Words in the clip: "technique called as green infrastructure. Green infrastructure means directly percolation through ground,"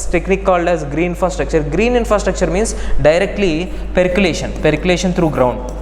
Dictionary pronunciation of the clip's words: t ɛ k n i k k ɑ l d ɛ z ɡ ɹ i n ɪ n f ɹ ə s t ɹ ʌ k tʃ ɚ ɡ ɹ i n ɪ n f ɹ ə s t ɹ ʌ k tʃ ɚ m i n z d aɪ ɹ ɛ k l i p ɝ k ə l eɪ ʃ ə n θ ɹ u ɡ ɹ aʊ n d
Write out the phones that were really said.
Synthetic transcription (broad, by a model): t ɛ k n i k k ɑ l d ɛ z ɡ ɹ i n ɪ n f ɹ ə s t ɹ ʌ k tʃ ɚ ɡ ɹ i n ɪ n f ɹ ə s t ɹ ʌ k tʃ ɚ m i n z d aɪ ɹ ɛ k l i p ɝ k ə l eɪ ʃ ə n t ɹ u ɡ ɹ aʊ n d